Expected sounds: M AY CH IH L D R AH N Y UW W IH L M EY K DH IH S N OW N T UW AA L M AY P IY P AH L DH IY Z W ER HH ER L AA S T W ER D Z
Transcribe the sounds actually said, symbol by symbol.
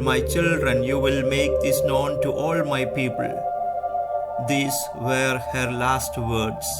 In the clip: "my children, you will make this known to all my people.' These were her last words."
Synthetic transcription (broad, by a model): M AY CH IH L D R AH N Y UW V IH L M EY K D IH S N OW N T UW AA L M AY P IY P AH L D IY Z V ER HH ER L AA S T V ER D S